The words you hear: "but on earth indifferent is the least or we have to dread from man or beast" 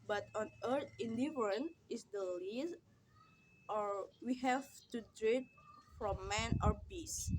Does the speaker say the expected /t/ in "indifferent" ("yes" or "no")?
no